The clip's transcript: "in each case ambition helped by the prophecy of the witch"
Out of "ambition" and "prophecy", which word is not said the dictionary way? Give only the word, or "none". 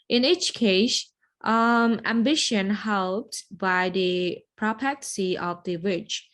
prophecy